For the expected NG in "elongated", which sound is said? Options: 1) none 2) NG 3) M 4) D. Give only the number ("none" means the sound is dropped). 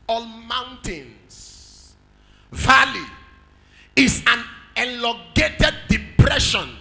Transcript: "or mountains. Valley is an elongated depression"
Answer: 1